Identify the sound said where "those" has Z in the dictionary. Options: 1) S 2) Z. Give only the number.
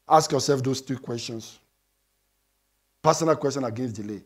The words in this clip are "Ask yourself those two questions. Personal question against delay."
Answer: 1